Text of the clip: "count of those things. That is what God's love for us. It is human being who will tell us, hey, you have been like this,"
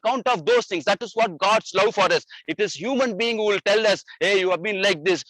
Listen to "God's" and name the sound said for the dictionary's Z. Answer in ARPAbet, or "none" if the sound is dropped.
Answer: S